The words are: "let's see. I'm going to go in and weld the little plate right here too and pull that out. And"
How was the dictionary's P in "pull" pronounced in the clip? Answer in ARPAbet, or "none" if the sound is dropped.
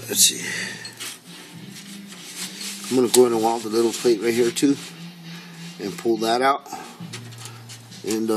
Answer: P